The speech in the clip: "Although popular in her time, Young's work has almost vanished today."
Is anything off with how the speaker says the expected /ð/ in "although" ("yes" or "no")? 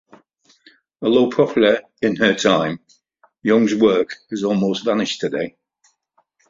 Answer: yes